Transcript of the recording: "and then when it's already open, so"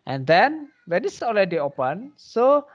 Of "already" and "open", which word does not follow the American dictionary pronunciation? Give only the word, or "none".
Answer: already